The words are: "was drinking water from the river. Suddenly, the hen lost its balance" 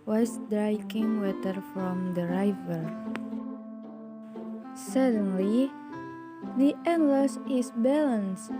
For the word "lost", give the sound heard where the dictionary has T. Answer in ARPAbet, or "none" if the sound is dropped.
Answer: none